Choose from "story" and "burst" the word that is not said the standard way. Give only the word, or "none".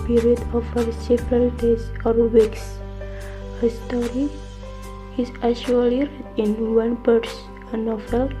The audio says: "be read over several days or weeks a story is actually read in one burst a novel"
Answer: burst